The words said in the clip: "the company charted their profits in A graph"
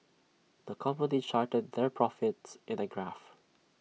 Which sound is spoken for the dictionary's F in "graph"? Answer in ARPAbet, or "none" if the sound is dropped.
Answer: F